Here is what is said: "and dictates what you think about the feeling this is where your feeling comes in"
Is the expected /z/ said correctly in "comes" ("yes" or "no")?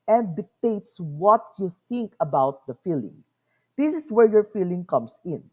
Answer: no